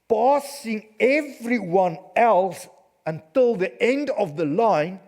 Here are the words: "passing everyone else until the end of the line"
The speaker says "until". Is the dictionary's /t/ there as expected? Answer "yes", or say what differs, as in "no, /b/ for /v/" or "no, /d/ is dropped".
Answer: yes